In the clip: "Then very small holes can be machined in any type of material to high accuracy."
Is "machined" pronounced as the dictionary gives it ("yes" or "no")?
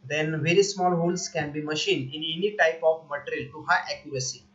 no